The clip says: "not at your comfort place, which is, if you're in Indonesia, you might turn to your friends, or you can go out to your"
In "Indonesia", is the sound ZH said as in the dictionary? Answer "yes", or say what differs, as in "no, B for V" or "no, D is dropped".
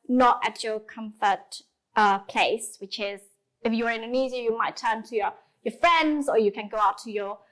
no, Z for ZH